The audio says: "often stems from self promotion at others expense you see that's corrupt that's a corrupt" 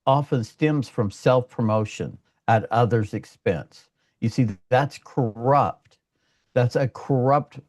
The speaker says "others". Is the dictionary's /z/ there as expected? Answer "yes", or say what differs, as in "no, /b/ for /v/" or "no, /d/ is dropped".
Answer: yes